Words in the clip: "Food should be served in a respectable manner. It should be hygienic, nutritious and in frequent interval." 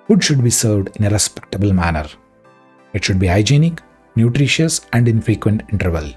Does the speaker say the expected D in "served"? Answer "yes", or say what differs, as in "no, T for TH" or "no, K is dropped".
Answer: yes